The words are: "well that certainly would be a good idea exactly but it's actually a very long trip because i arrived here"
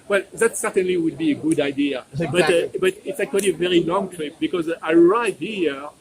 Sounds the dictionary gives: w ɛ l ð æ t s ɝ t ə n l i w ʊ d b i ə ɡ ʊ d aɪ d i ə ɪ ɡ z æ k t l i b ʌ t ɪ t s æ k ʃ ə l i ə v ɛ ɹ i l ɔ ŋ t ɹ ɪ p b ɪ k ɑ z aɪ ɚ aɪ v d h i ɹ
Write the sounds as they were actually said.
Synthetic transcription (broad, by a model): w ɛ l ð æ t s ɝ t ə n l i w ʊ d b i ə ɡ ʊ d aɪ d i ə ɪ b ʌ t b ʌ t ɪ t s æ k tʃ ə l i ə v ɛ ɹ i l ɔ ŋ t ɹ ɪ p b ɪ k ɑ z aɪ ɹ aɪ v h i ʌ